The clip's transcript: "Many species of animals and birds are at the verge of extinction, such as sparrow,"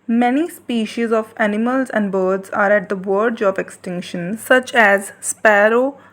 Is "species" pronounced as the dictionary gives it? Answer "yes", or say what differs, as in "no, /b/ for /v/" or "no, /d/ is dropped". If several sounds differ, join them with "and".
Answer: yes